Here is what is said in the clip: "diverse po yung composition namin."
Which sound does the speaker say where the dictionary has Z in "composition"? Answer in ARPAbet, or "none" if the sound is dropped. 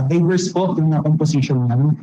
S